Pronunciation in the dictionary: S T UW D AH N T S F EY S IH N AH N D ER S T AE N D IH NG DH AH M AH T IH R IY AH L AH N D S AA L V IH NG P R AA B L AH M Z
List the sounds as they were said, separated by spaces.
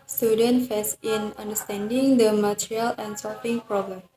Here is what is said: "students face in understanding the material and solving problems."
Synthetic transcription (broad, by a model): S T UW D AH N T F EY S IH N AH N D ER S T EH N D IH NG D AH M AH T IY R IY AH L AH N S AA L F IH NG P R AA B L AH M